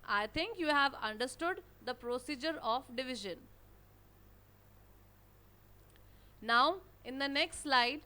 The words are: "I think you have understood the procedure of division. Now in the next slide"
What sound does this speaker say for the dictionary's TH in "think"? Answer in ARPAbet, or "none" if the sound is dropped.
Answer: T